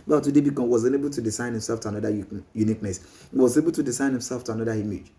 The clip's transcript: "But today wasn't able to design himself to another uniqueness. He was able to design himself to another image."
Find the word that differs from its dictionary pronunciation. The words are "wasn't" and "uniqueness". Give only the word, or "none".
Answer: wasn't